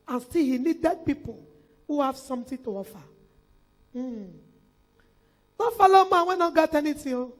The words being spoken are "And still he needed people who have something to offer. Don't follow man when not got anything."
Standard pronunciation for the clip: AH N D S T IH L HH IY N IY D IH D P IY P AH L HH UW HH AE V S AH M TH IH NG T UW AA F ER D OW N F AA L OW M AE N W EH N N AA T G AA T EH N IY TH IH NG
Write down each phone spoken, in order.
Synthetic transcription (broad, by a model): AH N S T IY L HH IY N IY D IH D P IY P AH L HH UW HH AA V S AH M T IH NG T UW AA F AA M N F AA L OW M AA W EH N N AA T G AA T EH N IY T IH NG